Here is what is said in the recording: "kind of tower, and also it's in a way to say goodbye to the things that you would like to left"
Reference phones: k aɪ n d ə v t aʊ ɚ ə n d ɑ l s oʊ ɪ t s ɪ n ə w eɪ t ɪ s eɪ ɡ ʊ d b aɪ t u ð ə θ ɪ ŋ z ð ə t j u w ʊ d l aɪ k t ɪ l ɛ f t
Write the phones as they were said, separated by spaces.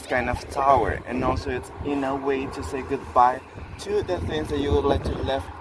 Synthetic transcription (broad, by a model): k aɪ n d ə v t aʊ ɚ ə n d ɑ l s oʊ ɪ t s ɪ n ə w eɪ t ɪ s eɪ ɡ ʊ d b aɪ t u ð ə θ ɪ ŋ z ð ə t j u w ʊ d l aɪ k t ɪ l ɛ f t